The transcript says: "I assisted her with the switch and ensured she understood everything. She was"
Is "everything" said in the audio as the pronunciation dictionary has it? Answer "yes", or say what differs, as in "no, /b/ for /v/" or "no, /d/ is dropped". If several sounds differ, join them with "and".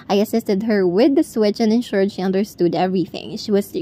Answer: yes